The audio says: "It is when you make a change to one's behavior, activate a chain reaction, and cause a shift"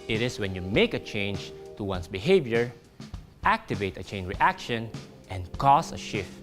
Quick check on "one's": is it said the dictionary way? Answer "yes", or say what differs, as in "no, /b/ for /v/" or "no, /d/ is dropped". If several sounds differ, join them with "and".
no, /s/ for /z/